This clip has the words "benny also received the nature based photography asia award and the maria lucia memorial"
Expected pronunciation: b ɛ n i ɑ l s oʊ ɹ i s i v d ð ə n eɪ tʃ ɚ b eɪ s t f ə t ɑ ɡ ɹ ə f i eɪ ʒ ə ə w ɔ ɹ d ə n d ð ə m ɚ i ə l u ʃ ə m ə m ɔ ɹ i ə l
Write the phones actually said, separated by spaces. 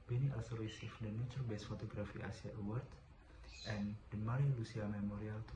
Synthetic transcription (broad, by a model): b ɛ n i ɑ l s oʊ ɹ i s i f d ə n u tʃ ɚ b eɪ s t f ə t ɑ ɡ ɹ ə f i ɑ s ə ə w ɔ ɹ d ə n d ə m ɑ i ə l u s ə m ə m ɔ ɹ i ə l